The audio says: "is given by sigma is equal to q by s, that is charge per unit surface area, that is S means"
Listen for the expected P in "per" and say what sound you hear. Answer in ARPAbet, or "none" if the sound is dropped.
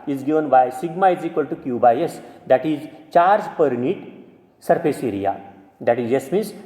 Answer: P